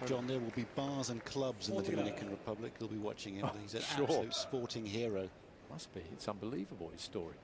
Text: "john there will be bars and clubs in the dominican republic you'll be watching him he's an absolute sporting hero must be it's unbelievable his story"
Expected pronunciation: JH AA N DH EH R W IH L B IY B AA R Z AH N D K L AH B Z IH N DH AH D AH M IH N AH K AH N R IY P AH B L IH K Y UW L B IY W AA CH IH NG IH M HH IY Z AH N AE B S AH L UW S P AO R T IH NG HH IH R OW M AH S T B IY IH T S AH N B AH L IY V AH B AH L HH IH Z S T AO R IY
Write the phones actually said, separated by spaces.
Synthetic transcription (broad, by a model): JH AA N DH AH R W IH L B IY B AA Z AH N K L AH B Z IH N DH AH D AH M IH N AH K AH N R IY P AH B L IH K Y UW L B IY W AA CH IH NG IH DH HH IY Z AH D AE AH UH S P AO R T IH NG HH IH R OW M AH S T B IY IH T S AH N B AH L IY V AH B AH L HH IH Z S T AO R IY